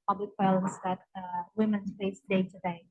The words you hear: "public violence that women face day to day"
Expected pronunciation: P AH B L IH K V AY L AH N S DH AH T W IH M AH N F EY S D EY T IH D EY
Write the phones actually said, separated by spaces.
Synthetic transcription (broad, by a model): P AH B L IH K W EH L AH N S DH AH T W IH M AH N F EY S D EY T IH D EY